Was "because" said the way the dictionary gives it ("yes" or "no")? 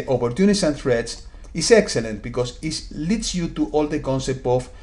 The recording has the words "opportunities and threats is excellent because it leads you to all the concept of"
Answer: no